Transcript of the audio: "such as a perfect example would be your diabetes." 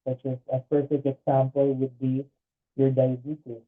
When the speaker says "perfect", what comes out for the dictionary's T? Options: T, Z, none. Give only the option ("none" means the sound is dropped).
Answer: none